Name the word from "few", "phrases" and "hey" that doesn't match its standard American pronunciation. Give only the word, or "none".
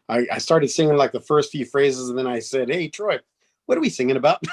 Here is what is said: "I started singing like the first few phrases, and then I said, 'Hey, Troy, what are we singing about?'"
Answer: none